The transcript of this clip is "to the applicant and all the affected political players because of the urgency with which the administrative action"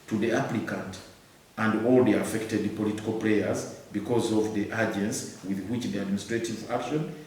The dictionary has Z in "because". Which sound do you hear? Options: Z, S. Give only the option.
Z